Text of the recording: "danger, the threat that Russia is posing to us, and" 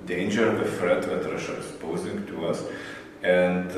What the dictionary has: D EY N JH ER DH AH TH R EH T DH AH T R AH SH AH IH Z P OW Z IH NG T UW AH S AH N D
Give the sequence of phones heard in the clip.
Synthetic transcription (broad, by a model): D EY N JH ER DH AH F R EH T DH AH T R AH SH AH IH S P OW Z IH NG T UW AH S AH N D